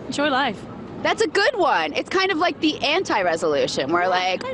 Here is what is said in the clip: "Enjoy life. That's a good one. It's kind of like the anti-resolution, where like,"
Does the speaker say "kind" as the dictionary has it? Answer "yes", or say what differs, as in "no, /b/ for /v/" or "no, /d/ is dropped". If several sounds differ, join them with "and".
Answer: yes